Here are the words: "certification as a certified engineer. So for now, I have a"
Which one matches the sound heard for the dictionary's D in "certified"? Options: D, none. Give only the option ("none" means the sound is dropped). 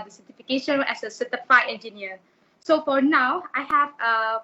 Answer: none